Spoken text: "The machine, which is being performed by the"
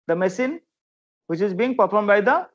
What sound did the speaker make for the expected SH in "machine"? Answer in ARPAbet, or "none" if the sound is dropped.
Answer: S